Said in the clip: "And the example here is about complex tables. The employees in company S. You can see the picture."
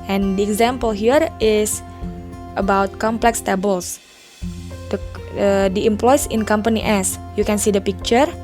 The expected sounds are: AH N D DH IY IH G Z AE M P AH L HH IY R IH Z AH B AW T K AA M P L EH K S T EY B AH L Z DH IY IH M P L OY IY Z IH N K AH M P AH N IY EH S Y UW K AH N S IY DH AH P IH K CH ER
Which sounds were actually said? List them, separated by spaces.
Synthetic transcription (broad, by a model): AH N D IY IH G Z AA M P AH L HH IY R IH S AH B AW T K AA M P L EH K S T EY B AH L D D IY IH M P L OY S IH N K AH M P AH N IY EH S Y UW K AH N S IY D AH P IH K CH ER